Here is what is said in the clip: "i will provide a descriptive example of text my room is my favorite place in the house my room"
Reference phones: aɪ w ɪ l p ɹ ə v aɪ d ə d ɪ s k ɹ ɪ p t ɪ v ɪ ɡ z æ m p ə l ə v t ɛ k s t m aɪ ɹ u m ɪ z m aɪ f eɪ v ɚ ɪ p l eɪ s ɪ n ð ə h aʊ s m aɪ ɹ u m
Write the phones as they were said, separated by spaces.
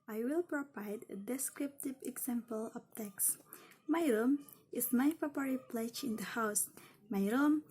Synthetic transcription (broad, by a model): aɪ w ɪ l p ɹ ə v aɪ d ə d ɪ s k ɹ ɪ p t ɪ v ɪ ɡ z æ m p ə l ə p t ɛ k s m aɪ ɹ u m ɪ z m aɪ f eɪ p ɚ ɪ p l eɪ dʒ ɪ n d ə h aʊ s m aɪ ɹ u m